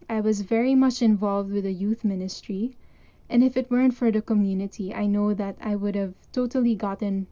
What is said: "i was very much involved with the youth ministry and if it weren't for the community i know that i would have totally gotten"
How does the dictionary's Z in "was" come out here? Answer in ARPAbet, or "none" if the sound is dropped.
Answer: Z